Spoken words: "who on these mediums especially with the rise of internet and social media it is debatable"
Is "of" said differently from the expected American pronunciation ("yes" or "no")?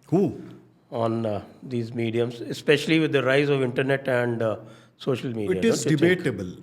no